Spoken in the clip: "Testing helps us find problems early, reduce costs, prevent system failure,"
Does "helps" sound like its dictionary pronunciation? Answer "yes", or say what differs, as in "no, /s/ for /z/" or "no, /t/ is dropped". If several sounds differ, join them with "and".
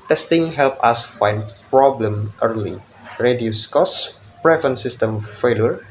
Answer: no, /s/ is dropped